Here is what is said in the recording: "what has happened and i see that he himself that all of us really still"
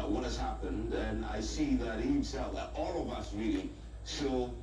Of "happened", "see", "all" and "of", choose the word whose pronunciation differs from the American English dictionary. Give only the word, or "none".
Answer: none